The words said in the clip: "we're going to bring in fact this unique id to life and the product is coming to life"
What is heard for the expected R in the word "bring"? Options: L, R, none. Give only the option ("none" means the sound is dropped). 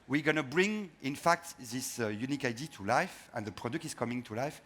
R